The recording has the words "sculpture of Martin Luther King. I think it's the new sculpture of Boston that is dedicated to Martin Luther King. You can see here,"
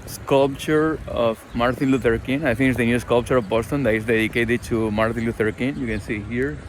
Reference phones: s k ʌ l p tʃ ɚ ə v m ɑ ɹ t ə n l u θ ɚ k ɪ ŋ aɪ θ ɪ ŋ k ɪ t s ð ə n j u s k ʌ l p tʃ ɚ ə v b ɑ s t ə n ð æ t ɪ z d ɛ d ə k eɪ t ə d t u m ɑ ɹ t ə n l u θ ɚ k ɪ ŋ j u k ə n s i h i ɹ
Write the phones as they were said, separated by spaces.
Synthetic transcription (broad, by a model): s k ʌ l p tʃ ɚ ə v m ɑ ɹ t ə n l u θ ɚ k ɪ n aɪ t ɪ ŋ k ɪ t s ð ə n j u s k ʌ l p tʃ ɚ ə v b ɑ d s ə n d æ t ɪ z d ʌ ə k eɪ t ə t u m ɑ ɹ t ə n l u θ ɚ k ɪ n j u k ə n s i h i ɹ